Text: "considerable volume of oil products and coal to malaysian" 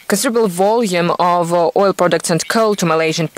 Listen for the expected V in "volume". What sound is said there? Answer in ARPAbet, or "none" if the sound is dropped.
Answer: V